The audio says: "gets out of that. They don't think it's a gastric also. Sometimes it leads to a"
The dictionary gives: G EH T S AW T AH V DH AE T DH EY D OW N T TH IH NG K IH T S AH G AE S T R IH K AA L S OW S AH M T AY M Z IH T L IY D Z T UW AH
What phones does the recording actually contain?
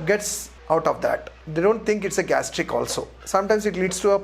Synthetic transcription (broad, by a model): G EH T S AW T AH V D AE T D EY D OW N T T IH NG K IH T S AH G AE S T R IH K AA L S OW S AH M T AY M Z IH T L IY D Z T UW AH